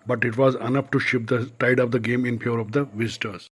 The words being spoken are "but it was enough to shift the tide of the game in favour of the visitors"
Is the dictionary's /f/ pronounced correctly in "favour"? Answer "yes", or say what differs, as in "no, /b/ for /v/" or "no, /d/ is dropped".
no, /p/ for /f/